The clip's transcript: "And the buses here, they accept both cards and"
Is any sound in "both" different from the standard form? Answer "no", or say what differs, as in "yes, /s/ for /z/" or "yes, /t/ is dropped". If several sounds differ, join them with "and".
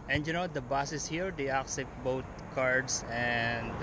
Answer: yes, /t/ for /θ/